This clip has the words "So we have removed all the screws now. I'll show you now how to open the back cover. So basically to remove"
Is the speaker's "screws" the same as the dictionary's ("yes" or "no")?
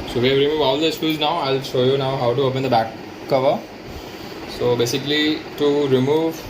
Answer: no